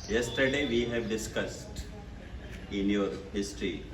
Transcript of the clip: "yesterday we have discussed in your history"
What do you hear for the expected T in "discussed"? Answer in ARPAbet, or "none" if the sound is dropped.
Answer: T